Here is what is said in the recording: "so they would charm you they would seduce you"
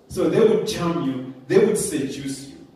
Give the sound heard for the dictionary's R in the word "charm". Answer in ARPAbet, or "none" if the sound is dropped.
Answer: L